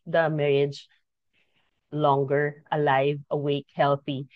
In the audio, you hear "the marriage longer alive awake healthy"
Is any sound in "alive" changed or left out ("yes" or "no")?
no